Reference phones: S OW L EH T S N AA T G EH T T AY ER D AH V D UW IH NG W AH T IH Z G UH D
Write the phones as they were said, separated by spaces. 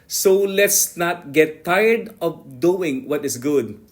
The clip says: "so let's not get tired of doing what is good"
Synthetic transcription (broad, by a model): S OW L EH T S N AA T G EH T T AY ER D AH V D UW IH NG W AH T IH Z G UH D